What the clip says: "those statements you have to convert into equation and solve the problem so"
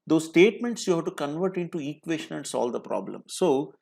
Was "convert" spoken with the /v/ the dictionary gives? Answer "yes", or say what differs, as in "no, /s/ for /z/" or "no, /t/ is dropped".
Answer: yes